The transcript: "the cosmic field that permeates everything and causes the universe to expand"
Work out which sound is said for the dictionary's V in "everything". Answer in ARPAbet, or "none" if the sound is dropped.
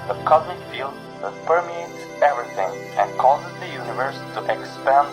V